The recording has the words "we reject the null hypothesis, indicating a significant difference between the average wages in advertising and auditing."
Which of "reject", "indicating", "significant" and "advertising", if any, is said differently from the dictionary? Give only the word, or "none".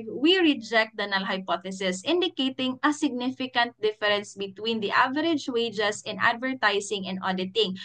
advertising